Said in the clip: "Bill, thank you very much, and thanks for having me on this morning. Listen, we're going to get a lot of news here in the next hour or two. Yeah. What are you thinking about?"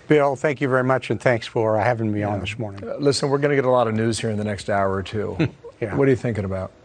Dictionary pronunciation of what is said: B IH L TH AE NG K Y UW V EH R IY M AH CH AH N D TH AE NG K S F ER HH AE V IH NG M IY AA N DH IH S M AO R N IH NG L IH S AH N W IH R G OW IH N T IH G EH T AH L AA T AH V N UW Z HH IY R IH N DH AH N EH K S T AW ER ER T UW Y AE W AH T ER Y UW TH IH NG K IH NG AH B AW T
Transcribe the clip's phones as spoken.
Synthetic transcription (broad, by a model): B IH L TH AE NG K Y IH V EH R IY M AH CH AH N TH AE NG K S F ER HH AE V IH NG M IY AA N DH IH S M AO R N IH NG L IH S AH N W IH R G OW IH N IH G EH T AH L AA T AH V N UW Z HH IY R IH N DH AH N EH K S T AW ER ER T UW Y AE W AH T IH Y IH TH IH NG K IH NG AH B AW T